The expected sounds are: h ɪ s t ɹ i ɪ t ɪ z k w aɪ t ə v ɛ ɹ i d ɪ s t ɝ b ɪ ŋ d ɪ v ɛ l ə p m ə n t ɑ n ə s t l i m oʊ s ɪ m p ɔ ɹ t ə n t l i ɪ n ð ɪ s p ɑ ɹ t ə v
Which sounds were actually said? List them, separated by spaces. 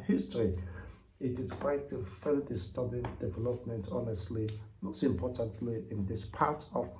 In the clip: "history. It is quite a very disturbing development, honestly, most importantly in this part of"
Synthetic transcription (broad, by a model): h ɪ s t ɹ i ɪ t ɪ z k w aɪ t ə f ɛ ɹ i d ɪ s t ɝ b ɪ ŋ d ɪ v ɛ l ə p m ə n t ɑ n ə s t l i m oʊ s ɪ m p ɔ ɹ t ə n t l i ɪ n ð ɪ s p ɑ ɹ t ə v